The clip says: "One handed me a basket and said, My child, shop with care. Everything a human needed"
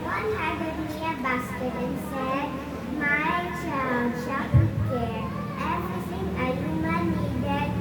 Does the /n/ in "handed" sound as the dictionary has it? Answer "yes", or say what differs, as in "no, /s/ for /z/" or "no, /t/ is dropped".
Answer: no, /n/ is dropped